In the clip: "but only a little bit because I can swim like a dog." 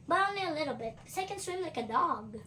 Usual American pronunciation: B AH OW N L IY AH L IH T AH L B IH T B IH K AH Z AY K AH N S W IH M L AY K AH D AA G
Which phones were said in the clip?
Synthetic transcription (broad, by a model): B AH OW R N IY AH L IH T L B IH T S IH AH K AH N S W IH M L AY K AH D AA G